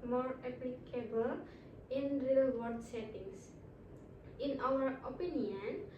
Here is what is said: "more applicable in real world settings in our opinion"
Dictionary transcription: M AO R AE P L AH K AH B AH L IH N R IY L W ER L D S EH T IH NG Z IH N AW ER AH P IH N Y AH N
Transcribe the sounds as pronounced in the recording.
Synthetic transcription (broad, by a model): M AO R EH P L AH K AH B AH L IH N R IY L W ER D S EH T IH NG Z IH N AW ER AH P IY N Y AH N